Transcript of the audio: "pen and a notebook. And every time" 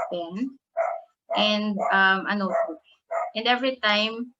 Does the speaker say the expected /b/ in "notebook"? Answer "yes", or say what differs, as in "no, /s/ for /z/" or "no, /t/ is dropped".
no, /b/ is dropped